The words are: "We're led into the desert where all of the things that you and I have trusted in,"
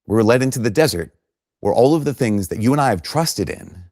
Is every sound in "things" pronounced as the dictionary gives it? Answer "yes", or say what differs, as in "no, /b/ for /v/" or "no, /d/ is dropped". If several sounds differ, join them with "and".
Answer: yes